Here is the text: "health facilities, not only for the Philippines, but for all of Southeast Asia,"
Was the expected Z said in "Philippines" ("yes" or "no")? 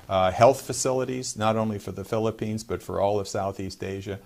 yes